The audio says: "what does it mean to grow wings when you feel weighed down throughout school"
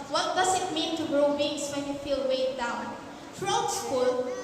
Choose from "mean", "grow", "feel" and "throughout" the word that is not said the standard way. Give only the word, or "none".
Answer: throughout